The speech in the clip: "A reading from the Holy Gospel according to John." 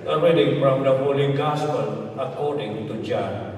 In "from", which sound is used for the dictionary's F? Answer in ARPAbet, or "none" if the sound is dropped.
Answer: P